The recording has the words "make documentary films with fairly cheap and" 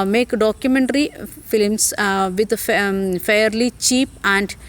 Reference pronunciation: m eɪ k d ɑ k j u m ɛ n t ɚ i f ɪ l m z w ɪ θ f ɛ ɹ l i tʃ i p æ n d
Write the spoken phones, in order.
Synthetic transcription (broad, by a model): m eɪ k d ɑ k j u m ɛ n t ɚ i f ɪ l m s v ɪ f f ɛ ɹ l i tʃ i p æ n d